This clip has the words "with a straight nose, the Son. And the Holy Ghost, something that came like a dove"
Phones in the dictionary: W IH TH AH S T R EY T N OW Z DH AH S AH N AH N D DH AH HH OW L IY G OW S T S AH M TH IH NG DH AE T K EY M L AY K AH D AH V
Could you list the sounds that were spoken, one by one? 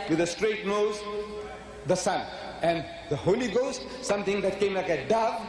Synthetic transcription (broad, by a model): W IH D AH S T R EY T N OW Z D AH S AH N AH N D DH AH HH OW L IY G OW S T S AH M T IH NG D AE T K EY M L AY K AH D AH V